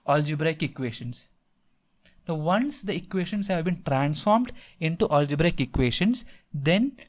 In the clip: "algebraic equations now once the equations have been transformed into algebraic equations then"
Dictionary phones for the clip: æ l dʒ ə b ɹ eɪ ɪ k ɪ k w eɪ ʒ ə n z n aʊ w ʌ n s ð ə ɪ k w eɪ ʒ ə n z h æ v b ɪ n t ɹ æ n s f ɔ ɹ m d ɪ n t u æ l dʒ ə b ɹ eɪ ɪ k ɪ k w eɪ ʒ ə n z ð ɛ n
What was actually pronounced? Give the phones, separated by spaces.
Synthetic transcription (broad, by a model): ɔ l dʒ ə b ɹ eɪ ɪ k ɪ k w eɪ ʃ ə n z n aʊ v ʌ n s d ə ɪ k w eɪ ʃ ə n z h æ v b ɪ n t ɹ æ n s f ɔ ɹ m d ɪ n t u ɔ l dʒ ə b ɹ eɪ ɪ k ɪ k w eɪ ʃ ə n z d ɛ n